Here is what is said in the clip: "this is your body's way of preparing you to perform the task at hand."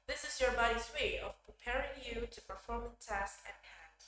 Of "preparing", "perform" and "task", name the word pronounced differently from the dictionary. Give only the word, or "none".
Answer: none